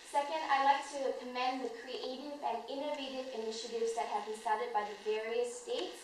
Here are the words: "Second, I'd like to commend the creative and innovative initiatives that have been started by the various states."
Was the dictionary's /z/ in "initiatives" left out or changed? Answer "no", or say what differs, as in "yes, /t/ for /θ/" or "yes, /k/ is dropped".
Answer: no